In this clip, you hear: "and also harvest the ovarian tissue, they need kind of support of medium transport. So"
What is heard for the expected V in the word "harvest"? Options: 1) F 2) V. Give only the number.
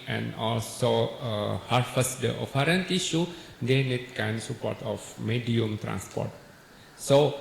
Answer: 1